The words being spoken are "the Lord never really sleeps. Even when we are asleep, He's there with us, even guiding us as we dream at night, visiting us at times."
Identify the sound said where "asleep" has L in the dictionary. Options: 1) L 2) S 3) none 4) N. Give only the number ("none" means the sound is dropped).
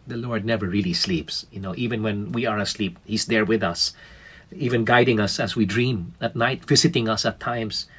1